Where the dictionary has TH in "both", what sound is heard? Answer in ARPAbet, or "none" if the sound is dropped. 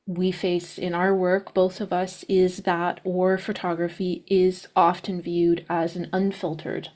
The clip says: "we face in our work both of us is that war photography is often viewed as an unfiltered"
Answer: TH